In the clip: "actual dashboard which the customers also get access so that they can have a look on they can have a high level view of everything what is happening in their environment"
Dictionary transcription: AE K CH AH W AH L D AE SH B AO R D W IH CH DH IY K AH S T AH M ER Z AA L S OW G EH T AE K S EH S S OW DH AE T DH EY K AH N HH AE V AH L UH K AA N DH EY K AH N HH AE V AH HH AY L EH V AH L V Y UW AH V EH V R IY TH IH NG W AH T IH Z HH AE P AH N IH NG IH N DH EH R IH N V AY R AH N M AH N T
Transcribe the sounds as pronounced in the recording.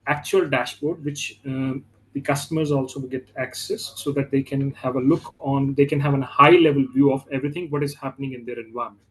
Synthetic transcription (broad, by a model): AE K CH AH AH L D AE SH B AO R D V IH CH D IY K AH S T AH M ER Z AA L S OW G EH T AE K S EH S S OW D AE T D EY K AH N HH AE V AH L UH K AA N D EY K AH N HH AE V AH HH AY L EH V AH L V Y UW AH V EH V R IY T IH NG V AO T IH Z HH AE P AH N IH NG IH N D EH R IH N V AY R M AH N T